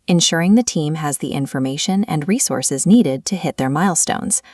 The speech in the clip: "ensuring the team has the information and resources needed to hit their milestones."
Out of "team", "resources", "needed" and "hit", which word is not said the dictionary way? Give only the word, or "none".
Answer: none